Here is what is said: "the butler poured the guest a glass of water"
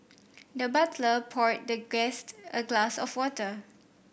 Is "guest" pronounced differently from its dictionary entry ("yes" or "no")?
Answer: no